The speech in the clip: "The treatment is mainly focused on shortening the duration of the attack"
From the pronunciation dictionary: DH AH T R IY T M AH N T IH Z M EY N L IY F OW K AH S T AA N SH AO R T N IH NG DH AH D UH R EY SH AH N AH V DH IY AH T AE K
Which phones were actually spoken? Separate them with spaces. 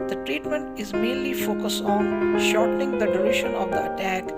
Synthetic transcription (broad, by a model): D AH T R IY T M AH N T IH Z M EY N L IY F OW K AH S T AA N SH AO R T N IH NG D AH D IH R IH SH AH N AH V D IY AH T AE K